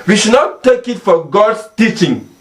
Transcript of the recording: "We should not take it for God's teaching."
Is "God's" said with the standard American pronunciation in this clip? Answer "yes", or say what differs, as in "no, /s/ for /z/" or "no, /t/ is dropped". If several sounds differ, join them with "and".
no, /s/ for /z/